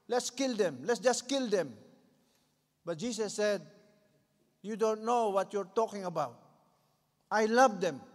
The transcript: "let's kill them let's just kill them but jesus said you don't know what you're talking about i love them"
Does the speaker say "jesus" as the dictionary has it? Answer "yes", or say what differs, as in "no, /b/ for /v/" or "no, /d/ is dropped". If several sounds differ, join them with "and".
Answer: no, /s/ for /z/